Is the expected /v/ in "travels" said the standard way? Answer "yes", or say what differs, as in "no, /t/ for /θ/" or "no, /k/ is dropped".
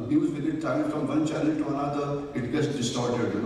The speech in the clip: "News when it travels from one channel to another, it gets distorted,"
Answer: no, /v/ is dropped